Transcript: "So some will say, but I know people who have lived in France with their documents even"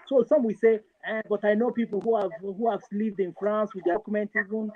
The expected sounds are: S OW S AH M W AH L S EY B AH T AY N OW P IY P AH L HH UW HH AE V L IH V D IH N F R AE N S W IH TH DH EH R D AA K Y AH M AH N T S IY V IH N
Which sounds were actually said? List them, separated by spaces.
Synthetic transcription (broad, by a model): S OW S AH M W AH S EY B AH T AY N OW P IY P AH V HH UW HH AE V L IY V D IH N F R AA N S W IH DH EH K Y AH M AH N T IY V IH N